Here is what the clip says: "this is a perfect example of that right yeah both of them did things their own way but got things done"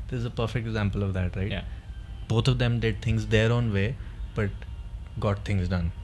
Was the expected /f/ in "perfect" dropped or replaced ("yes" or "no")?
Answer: no